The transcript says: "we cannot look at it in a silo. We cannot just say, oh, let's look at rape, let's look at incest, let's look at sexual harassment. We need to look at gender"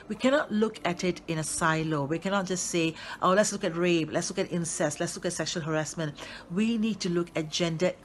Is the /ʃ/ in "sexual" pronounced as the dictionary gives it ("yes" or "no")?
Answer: yes